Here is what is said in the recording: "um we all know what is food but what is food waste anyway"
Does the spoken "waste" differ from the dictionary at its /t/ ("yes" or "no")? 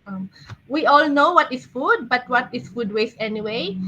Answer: yes